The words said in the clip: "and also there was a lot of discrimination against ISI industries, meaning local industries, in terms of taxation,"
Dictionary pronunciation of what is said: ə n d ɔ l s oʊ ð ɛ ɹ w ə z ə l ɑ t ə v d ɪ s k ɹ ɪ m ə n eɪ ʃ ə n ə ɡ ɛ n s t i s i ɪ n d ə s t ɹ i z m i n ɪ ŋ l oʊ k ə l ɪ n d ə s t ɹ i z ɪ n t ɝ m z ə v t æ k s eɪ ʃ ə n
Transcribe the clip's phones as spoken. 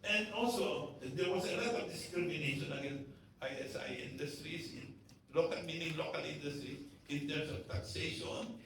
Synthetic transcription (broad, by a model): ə n d ɔ l s oʊ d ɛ ɹ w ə s ə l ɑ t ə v d ɪ s k ɹ ɪ m ə n eɪ ʃ ə n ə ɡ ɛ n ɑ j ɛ s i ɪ n d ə s t ɹ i s m i n ɪ ŋ l oʊ k ə l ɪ n d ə s t ɹ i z ɪ n t ɝ m s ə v t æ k s eɪ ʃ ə n